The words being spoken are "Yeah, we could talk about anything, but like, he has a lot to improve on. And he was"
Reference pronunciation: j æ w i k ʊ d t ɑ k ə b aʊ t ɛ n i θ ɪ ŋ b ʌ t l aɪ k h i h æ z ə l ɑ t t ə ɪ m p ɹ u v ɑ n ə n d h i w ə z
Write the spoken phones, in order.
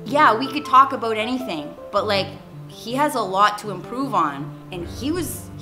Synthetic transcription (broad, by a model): j æ w i k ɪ d t ɑ k ə b aʊ t ɛ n i θ ɪ ŋ b ʌ t l aɪ k h i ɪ z ə l ɑ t t ə ɪ m p ɹ u v n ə n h i w ə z